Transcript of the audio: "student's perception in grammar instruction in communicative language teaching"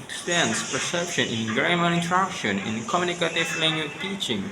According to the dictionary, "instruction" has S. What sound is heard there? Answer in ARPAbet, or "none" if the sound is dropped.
none